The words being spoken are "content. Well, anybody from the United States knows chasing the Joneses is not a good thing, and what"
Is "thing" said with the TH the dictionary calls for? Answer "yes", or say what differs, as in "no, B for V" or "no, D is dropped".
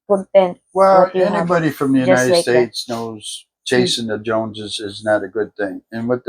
yes